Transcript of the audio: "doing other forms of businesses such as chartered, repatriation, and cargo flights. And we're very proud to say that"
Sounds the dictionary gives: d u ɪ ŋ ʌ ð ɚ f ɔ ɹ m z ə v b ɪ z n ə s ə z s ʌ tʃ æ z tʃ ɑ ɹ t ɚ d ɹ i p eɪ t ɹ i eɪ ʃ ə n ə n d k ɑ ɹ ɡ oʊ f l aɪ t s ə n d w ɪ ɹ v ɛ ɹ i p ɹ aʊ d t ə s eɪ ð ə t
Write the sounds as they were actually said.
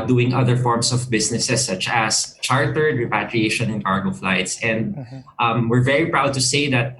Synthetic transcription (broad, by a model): d u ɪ ŋ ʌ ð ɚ f ɔ ɹ m s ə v b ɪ s n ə s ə s ʌ tʃ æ s tʃ ɑ ɹ t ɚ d ɹ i p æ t ɹ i eɪ ʃ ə n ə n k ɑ ɹ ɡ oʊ f l aɪ t s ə n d w ɪ ɹ v ɛ ɹ i p ɹ aʊ d t ə s eɪ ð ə t